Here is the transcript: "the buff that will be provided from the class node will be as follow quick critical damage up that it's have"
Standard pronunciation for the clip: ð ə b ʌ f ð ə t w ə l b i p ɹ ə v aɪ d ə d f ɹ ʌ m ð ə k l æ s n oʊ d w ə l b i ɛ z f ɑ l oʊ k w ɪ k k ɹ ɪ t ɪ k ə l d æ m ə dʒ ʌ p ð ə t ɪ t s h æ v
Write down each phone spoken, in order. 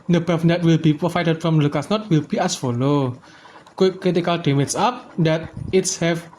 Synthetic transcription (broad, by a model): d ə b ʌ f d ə t w ə l b i p ɹ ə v aɪ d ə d f ɹ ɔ m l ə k ɑ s n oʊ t w ə l b i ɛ s f ɑ l oʊ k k k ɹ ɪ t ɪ k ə l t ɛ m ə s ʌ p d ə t ɪ t s h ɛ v